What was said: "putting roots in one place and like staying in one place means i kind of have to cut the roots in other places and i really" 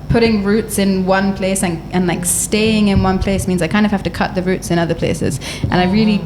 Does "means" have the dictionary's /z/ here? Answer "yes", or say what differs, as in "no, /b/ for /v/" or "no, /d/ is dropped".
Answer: yes